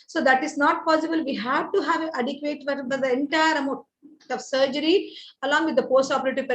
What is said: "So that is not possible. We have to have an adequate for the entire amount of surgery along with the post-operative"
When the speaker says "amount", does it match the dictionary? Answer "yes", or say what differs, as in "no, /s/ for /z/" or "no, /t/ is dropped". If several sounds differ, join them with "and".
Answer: no, /n/ is dropped